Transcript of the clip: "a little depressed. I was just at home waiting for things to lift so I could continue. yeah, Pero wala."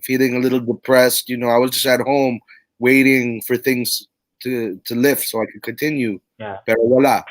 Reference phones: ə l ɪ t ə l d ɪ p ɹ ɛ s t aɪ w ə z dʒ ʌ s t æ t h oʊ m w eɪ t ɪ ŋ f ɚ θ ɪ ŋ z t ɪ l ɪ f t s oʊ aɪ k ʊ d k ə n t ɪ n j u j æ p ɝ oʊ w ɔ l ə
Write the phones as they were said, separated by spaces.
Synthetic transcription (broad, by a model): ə l ɪ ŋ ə l d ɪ p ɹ ɛ s t aɪ w ə z dʒ ʌ s t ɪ t h oʊ m w eɪ t ɪ ŋ f ɚ θ ɪ ŋ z t ɪ l ɪ f t s oʊ aɪ k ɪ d k ə n t ɪ n j u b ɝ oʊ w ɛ l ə